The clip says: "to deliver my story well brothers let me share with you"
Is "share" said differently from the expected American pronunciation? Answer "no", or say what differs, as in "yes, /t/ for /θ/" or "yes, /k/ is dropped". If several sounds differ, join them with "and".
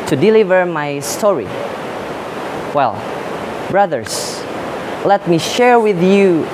no